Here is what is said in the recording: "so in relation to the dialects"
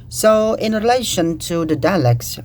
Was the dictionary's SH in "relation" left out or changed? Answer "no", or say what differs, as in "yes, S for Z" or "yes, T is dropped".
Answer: no